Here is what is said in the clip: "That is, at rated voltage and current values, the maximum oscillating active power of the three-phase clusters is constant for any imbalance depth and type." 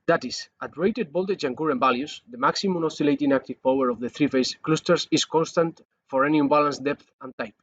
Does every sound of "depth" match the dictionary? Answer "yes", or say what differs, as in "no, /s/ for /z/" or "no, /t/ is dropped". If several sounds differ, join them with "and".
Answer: yes